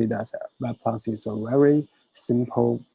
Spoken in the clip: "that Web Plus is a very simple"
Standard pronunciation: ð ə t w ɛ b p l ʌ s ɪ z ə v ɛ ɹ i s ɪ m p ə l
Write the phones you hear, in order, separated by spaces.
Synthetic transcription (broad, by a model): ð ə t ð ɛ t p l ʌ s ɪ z ə v ɛ ɹ i s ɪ m p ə l